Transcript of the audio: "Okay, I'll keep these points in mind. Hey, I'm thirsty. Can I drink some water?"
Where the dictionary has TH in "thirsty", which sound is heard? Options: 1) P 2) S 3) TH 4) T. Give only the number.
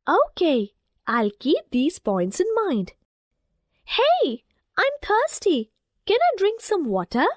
4